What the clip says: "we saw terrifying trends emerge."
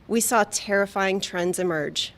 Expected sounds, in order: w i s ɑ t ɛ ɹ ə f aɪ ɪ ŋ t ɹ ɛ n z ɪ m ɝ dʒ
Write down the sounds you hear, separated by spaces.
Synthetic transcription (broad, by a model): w i s ɑ t ɛ ɹ ə f aɪ ɪ ŋ t ɹ ɛ n z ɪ m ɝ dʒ